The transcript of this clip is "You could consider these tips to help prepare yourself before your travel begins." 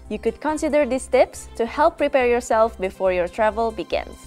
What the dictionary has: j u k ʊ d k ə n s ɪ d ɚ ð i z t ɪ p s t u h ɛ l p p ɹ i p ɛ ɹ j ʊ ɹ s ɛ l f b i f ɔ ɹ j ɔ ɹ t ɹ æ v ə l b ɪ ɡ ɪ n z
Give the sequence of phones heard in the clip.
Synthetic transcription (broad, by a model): j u k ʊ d k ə n s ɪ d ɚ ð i s t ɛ p s t u h ɛ l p p ɹ i p ɛ ɹ j ʊ ɹ s ɛ l f b i f ɔ ɹ j ɔ ɹ t ɹ æ v ə l b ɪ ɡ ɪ n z